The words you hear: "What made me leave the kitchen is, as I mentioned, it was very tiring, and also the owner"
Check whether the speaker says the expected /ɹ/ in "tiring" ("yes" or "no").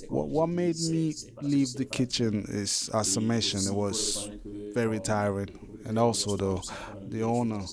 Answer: yes